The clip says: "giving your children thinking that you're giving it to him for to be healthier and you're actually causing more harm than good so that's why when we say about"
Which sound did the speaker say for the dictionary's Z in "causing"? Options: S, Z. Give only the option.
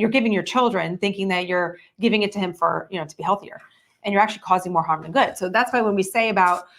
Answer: Z